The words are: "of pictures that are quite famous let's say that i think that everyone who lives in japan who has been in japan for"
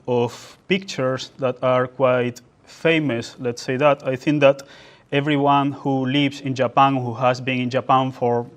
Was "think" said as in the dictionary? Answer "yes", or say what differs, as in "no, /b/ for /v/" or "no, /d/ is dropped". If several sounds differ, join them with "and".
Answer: yes